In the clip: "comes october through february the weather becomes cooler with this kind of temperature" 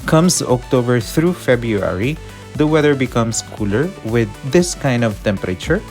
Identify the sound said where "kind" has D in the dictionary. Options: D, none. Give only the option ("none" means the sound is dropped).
D